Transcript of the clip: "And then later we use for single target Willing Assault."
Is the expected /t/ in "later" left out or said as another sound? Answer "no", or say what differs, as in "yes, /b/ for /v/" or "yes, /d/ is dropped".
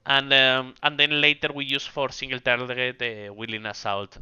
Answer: no